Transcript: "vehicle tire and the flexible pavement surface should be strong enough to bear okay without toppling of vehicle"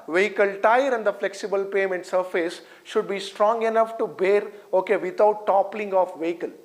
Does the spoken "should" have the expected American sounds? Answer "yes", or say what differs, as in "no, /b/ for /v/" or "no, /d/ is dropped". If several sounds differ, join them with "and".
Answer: yes